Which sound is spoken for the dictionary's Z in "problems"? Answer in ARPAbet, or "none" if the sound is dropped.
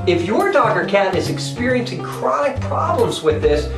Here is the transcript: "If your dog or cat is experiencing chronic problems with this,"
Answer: Z